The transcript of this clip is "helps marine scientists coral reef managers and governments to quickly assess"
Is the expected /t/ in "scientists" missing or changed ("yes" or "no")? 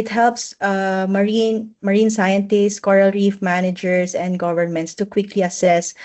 no